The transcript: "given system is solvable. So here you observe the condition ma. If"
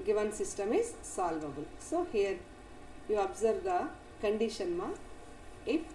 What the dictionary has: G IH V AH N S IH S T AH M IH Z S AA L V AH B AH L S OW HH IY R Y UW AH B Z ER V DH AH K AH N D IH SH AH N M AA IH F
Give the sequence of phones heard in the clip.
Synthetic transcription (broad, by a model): G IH V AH N S IH S T AH M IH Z S AA L V AH B AH L S OW HH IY R Y UW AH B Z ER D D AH K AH N D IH SH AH N M AA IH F